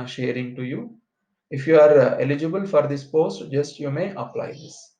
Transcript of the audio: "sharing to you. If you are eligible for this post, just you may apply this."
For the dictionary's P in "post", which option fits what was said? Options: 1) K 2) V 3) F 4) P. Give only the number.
4